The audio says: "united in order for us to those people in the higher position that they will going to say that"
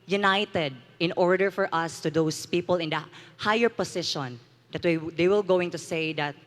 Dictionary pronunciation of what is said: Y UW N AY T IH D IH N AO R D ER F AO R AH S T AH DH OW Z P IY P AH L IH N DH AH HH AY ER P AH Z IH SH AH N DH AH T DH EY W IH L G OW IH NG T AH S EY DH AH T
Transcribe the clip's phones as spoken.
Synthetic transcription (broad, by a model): Y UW N AY T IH D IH N AO R D ER F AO R AH S T AH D OW S P IY P AH L IH N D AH HH AY ER P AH S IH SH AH N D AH T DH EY W IH L G OW IH NG T AH S EY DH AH T